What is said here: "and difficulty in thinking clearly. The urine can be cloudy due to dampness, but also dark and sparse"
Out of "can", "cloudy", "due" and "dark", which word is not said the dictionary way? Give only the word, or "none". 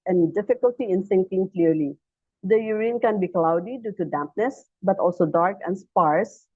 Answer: none